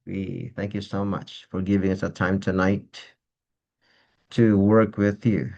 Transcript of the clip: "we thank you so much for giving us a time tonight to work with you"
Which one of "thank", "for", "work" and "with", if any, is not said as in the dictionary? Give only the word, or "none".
none